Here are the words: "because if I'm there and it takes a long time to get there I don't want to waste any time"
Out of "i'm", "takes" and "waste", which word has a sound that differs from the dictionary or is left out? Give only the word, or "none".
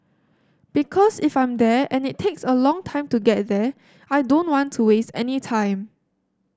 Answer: none